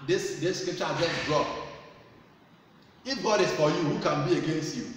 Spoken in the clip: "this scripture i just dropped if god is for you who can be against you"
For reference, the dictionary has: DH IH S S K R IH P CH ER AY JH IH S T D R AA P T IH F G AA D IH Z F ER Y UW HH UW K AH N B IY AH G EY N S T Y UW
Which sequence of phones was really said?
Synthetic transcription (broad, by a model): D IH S S K R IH P CH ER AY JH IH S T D R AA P IH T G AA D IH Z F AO Y UW HH UW K AH N B IY AH G EY N S T Y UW